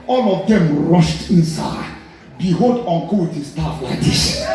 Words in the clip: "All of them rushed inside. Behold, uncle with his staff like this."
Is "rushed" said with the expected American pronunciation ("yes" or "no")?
yes